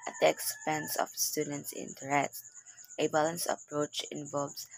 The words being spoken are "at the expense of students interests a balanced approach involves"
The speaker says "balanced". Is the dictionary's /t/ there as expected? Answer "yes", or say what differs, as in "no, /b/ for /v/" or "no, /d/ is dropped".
no, /t/ is dropped